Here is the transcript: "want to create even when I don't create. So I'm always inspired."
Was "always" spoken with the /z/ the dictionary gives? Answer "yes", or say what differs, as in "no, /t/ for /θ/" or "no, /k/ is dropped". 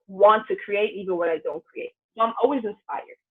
yes